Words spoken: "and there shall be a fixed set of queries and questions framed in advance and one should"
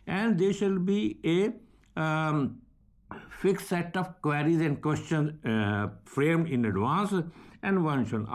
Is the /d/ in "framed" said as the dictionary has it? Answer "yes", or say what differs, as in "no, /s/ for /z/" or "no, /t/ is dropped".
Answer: no, /d/ is dropped